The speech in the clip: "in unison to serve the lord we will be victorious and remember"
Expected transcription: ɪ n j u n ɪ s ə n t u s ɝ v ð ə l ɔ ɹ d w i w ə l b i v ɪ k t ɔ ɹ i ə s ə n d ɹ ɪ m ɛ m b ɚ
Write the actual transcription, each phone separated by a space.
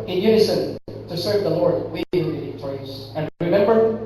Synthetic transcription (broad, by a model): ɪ n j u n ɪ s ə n t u s ɝ v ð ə l ɔ ɹ d w i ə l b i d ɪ t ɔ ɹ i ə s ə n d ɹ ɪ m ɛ m b ɚ